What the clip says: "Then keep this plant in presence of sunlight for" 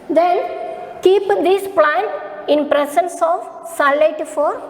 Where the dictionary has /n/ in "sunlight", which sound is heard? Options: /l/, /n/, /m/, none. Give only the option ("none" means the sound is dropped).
none